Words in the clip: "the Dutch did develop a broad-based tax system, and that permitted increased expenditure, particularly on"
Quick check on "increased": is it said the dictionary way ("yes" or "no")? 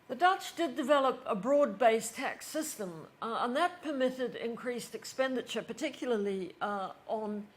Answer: yes